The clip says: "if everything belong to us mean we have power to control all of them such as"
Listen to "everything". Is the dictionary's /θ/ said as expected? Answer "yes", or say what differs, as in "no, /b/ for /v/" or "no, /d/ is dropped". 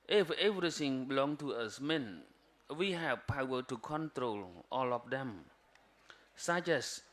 no, /s/ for /θ/